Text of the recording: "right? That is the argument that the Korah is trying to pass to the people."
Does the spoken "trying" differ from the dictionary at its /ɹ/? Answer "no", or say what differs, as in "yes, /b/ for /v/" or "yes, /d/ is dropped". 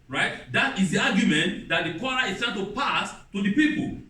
yes, /ɹ/ is dropped